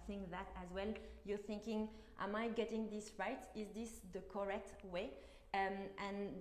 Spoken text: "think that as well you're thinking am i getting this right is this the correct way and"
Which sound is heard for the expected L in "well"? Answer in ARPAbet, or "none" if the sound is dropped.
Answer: L